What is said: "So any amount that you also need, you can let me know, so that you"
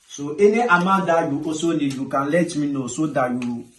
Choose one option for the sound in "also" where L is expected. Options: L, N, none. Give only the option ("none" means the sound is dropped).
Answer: none